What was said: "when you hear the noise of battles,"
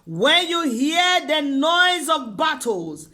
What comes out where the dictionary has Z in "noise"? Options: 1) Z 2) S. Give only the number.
1